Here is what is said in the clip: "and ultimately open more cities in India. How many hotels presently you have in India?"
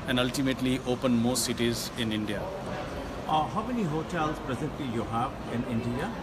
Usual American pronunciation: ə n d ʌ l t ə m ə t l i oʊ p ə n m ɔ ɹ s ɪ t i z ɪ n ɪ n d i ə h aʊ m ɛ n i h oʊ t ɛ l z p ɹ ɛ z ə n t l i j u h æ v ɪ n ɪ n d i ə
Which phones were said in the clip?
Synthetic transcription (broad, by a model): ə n d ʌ l t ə m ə t l i oʊ p ə n m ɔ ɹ s ɪ t i z ɪ n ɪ n d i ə h aʊ m ɛ n i h oʊ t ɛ l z p ɹ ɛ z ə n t i j u h æ v ɪ n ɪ n d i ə